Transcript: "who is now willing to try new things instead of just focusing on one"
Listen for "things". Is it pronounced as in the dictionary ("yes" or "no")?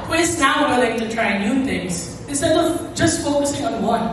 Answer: no